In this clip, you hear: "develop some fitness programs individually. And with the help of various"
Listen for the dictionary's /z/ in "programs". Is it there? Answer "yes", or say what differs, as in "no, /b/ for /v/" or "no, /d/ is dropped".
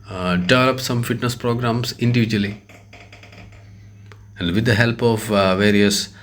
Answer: no, /s/ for /z/